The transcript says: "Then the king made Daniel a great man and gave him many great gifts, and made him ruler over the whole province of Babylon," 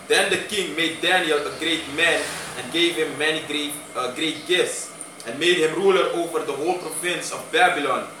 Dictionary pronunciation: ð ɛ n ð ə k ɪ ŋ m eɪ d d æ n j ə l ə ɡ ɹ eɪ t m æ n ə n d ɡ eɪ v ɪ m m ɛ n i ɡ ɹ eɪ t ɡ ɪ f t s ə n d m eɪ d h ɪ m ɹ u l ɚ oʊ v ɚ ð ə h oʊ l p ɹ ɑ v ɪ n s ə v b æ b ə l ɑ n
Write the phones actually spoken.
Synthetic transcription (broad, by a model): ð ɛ n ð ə k ɪ ŋ m eɪ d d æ n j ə l ə ɡ ɹ eɪ t m æ n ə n ɡ eɪ v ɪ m m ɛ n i ɡ ɹ eɪ t ɡ ɪ f t s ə n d m eɪ d h ɪ m ɹ u l ɚ oʊ v ɚ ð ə h oʊ l p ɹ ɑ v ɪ n s ə v b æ b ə l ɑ n